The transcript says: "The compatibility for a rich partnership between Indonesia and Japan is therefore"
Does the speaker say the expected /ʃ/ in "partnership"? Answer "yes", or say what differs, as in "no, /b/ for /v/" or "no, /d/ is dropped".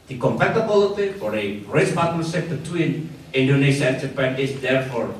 no, /s/ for /ʃ/